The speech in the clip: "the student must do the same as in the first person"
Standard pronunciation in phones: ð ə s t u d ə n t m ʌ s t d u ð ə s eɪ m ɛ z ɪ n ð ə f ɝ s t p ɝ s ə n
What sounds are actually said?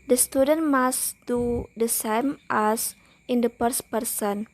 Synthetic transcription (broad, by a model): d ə s t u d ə n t m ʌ s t d u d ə s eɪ m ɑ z ɪ n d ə p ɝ s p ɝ s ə n